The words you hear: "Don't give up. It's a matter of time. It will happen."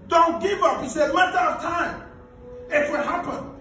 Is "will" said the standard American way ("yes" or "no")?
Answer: no